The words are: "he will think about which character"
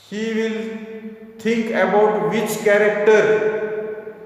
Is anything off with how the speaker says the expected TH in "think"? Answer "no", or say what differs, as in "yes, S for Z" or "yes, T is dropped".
yes, T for TH